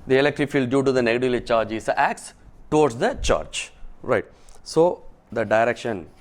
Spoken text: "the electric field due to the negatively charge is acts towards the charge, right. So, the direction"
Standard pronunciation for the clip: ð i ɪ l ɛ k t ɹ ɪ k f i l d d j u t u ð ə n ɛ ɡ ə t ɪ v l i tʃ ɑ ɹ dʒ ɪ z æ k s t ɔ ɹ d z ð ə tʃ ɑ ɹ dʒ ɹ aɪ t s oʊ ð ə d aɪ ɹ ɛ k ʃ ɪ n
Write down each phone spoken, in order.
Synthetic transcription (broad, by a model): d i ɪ l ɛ k t ɹ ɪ f i l d d j u t u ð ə n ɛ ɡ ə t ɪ l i tʃ ɑ ɹ dʒ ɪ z æ k s t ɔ ɹ d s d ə tʃ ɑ ɹ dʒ ɹ aɪ t s oʊ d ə d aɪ ɹ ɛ k ʃ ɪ n